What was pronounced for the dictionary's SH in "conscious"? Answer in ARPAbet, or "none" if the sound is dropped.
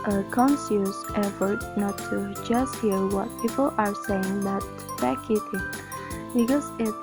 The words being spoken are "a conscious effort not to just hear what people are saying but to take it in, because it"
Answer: S